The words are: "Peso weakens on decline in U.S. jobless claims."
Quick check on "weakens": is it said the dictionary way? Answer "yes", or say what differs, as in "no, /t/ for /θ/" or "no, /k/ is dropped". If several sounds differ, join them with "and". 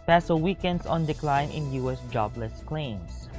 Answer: no, /s/ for /z/